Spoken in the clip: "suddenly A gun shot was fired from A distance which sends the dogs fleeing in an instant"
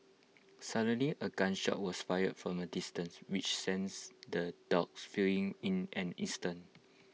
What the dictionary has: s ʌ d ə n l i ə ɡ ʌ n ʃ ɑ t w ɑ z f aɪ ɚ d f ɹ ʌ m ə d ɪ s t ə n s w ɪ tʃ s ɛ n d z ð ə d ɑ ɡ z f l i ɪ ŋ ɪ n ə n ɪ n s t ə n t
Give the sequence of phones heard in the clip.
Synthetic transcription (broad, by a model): s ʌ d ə n l i ə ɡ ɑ n ʃ ɑ t w ɑ s f aɪ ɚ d f ɹ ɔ m ə d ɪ s t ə n s w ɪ tʃ s ɛ n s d ə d ɑ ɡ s f i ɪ ŋ ɪ n ə n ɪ s t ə n